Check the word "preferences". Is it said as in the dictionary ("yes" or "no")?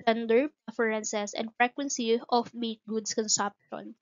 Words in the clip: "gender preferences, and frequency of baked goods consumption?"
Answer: no